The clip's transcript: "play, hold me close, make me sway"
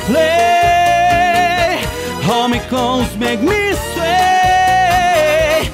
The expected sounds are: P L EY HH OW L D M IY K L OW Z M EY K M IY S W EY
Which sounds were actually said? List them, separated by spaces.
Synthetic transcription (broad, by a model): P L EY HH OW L M IY K OW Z M EY K M IY S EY